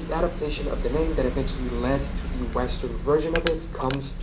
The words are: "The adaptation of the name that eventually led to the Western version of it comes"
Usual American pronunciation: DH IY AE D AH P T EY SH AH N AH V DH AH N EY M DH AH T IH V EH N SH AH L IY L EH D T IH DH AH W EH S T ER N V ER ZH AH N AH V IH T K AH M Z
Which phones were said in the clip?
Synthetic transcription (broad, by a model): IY AE D AH P T EY SH AH N AH V DH AH N EY M DH AH T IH V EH N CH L IY L EH D T IH DH AH W EH S T ER N V ER ZH AH N AH V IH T K AH M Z